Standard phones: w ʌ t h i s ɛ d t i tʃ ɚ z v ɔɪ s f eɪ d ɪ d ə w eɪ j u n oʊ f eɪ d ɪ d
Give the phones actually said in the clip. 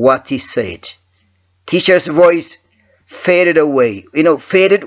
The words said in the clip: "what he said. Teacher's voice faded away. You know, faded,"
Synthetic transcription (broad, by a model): w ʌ t h i s ɛ d t i tʃ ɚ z v ɔɪ s f eɪ d ɪ d ə w eɪ j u n oʊ f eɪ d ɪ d